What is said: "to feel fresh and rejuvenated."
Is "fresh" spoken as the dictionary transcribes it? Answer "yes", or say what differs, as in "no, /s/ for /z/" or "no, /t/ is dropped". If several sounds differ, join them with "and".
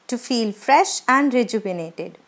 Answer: yes